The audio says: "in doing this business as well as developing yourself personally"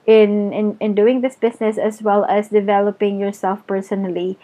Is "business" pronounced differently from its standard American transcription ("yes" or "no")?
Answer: yes